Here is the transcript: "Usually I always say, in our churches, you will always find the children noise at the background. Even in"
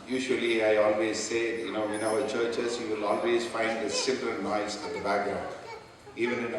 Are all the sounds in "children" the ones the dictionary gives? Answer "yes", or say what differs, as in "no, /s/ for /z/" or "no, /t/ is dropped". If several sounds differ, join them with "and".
no, /s/ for /tʃ/